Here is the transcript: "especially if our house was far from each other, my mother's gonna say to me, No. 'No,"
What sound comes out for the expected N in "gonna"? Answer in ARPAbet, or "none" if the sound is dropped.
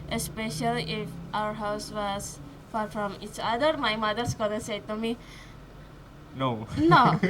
L